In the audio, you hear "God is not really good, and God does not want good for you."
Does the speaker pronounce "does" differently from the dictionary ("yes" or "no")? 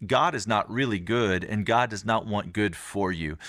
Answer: no